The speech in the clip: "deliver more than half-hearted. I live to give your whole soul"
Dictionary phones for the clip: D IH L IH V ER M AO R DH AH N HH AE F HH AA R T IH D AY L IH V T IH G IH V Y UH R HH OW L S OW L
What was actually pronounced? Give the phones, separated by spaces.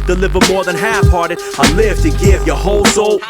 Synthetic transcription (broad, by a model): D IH L IH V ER M AO R DH AH N HH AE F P AA R T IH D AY L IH F T IH G IH V Y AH R HH OW L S OW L